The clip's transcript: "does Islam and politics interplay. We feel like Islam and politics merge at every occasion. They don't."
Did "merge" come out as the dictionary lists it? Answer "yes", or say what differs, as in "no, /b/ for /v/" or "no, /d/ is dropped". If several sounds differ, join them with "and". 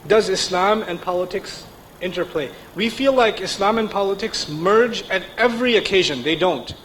yes